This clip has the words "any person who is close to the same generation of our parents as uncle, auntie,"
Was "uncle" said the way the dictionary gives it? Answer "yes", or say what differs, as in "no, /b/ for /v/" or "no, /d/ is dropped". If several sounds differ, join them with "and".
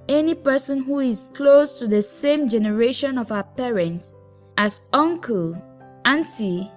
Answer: yes